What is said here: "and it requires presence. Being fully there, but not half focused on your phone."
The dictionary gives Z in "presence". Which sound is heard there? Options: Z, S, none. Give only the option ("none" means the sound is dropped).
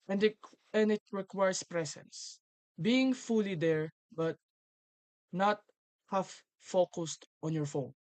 S